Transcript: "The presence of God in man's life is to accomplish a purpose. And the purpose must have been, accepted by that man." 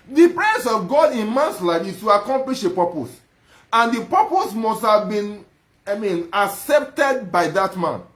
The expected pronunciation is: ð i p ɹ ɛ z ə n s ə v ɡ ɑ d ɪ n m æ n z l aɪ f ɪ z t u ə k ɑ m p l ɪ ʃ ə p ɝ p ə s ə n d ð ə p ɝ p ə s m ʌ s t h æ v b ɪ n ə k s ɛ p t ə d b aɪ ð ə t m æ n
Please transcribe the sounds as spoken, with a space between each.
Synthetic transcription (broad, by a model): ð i p ɹ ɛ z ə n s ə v ɡ ɑ d ɪ n m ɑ n s l aɪ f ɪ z t u ə k ɑ m p l ɪ ʃ ə p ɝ p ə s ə n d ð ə p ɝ p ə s m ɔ s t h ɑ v b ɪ n ə k s ɛ p t ə d b aɪ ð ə t m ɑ n